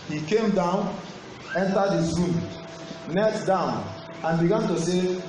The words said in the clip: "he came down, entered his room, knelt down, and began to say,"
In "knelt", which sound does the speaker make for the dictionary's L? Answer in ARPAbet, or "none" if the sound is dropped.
none